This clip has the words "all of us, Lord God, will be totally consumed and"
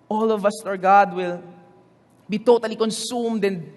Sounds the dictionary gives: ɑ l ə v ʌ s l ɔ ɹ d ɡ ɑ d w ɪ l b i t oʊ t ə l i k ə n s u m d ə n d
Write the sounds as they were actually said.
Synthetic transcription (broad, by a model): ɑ l ə v ʌ s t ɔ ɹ ɡ ɑ d w ɪ l b i t oʊ t ə l i k ə n s u m d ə n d